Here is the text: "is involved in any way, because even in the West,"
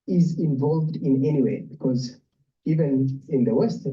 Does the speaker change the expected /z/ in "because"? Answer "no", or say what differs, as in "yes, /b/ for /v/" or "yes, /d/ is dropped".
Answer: no